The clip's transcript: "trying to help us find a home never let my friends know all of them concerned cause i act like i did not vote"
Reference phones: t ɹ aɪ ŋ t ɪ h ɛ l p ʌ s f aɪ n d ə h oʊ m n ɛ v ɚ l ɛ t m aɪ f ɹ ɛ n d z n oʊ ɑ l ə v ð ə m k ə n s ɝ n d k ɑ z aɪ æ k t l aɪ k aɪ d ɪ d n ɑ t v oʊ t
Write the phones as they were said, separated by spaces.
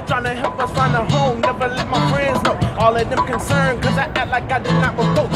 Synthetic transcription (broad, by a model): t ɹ aɪ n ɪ h ɛ l p ʌ s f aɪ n ə h oʊ m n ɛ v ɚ l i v m aɪ f ɹ ɛ n d z n oʊ ɑ l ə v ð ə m k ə n s ɝ n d k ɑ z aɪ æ t l aɪ k aɪ d ɪ d n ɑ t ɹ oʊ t